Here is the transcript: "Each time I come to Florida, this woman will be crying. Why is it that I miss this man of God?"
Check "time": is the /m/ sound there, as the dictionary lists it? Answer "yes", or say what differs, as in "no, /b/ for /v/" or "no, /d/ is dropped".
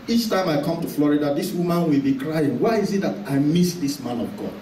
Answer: yes